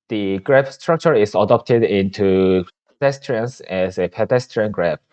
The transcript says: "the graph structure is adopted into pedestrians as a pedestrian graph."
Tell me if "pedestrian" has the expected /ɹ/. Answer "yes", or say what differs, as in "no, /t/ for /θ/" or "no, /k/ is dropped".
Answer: yes